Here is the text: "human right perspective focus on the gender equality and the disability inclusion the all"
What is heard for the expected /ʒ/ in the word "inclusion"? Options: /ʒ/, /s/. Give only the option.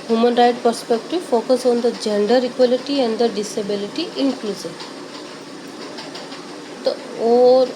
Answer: /s/